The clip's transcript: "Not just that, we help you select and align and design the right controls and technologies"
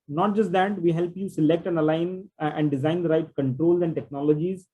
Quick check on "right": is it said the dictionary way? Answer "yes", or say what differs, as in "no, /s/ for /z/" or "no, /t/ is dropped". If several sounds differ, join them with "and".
yes